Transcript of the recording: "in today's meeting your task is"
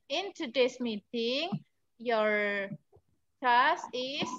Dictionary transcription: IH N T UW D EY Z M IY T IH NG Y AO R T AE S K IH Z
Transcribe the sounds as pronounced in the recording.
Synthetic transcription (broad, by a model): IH N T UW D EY S M IY T IH NG Y AO R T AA S IH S